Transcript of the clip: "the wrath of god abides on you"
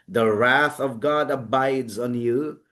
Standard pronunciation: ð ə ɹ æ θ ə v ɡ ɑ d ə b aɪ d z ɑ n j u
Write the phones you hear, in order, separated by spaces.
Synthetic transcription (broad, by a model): ð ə ɹ æ θ ə v ɡ ɑ d ə b aɪ d z n j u